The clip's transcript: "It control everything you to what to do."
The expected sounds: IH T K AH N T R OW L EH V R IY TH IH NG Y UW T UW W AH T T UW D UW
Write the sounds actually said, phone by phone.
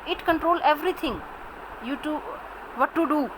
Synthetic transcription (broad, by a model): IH T K AH N T R OW L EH V R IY T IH NG Y UW T UW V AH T T UW D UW